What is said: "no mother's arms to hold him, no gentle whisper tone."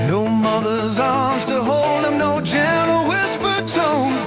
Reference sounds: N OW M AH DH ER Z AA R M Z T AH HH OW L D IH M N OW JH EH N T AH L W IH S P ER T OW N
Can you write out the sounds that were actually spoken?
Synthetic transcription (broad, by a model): N OW M AH DH ER Z AA R M Z T AH HH OW L D IH M N OW JH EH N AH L W IH S P ER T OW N